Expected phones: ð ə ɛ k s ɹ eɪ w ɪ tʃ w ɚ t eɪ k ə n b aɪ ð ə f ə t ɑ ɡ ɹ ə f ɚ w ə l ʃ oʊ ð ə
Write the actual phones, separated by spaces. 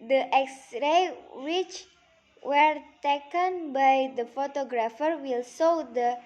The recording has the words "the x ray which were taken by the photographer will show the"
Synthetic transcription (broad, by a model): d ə ɛ k s ɹ eɪ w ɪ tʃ w ɚ t eɪ k ə n b aɪ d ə f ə t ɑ ɡ ɹ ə f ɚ w ə l s oʊ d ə